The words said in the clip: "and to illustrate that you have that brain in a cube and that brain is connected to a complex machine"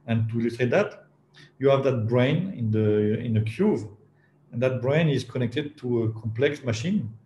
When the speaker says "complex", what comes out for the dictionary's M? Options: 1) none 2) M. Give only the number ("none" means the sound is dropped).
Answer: 2